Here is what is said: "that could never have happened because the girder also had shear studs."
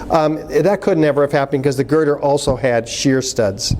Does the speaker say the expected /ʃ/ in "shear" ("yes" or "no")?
yes